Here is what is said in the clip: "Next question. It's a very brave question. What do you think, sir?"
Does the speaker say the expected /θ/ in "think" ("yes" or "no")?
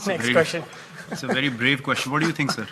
no